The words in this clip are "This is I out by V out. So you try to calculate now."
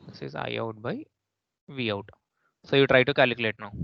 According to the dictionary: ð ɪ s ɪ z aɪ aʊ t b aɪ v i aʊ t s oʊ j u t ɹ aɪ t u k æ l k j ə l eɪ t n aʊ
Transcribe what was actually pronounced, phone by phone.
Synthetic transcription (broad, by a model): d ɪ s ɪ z aɪ aʊ t b aɪ v i aʊ t s oʊ j u t ɹ aɪ t u k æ l k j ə l eɪ t n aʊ